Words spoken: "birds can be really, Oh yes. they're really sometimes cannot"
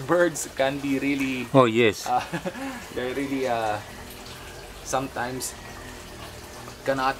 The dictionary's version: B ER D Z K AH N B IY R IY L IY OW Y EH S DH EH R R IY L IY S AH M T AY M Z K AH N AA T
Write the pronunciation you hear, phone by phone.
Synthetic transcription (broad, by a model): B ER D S K AH N B IY R IY L IY OW Y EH S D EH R R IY L IY S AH M T AY M S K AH N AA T